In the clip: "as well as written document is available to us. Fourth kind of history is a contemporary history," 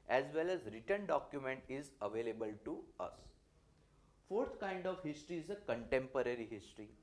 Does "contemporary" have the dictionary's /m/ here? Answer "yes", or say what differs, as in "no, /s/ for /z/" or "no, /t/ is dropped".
yes